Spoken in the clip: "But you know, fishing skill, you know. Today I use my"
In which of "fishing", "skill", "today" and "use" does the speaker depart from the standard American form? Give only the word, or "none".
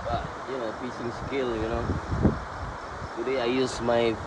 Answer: fishing